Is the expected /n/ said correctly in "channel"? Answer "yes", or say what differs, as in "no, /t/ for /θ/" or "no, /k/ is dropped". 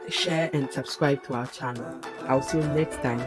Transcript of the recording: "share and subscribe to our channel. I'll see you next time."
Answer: yes